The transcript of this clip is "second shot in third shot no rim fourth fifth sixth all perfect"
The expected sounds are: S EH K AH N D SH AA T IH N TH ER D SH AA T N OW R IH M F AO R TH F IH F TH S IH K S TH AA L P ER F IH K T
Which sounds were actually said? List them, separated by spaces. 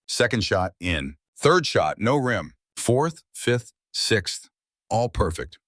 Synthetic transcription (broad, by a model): S EH K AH N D SH AA T IH N TH ER D SH AA T N OW R IH M F AO R TH F IH F TH S IH K S TH AA L P ER F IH K T